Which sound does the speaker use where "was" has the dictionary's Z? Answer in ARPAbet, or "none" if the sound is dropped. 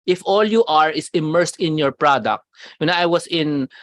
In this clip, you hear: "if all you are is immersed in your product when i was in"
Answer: S